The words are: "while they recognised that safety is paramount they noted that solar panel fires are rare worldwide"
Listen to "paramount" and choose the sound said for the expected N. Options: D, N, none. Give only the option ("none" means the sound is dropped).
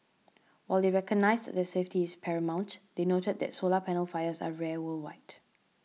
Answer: N